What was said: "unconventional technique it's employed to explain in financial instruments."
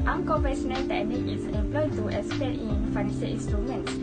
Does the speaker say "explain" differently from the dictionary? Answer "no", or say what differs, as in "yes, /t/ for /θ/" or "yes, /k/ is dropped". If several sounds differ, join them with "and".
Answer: yes, /k/ is dropped and /l/ is dropped